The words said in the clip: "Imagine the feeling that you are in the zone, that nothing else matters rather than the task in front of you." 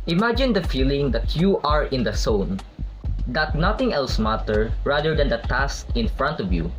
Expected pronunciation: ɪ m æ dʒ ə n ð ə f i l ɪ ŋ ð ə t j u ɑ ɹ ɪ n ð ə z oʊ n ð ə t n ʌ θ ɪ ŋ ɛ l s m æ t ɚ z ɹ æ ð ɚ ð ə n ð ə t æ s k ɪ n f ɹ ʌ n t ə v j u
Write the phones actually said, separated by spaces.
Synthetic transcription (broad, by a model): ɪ m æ dʒ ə n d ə f i l ɪ ŋ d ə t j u ɑ ɹ ɪ n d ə s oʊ n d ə t n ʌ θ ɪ ŋ ɛ l s m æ t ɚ ɹ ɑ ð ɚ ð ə n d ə t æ s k ɪ n f ɹ ʌ n t ə v j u